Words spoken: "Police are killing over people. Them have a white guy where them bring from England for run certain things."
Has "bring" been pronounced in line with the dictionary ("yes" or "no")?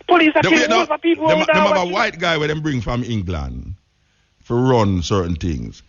yes